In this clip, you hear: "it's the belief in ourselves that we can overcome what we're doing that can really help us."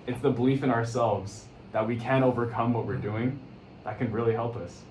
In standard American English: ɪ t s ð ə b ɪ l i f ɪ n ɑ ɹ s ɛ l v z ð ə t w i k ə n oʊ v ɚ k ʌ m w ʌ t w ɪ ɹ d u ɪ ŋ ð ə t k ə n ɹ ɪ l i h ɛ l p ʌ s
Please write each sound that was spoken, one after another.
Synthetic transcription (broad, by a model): ɪ t s ð ə b ɪ l i f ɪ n ɑ ɹ s ɛ l v z ð ə t w i k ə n oʊ v ɚ k ʌ m w ʌ t w ɪ ɹ d u ɪ ŋ ð ə t k ə n ɹ ɪ l i h ɛ l p ʌ s